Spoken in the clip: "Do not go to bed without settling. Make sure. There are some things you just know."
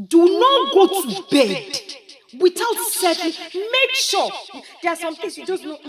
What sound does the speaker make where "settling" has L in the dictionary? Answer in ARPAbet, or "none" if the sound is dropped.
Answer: none